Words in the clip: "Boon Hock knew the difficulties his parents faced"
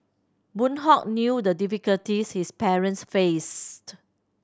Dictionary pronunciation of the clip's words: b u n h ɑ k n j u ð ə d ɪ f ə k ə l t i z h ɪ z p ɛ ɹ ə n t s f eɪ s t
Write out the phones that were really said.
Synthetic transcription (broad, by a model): b u n h ɑ k n j u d ə d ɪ f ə k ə l t i s h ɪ s p ɛ ɹ ə n t s f eɪ s t